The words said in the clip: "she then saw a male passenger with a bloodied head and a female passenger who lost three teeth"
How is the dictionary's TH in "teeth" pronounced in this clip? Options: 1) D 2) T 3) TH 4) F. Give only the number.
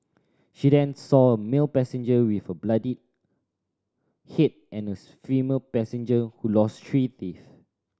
4